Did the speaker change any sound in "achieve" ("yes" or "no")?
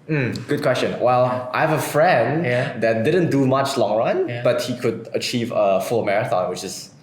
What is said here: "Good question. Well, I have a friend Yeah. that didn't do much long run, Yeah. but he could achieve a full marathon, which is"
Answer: no